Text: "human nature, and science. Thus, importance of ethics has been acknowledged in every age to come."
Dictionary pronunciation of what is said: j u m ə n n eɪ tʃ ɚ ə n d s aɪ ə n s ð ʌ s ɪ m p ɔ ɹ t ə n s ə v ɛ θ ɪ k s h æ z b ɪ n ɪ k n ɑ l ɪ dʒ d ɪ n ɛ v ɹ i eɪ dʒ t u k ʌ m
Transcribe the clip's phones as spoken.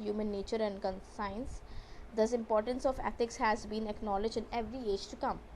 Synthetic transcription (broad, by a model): j u m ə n n eɪ tʃ ɚ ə n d s aɪ ə n s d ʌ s ɪ m p ɔ ɹ t ə n s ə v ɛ t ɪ k s h æ z b ɪ n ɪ k n ɑ l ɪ dʒ ɪ n ɛ v ɹ i eɪ dʒ t u k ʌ m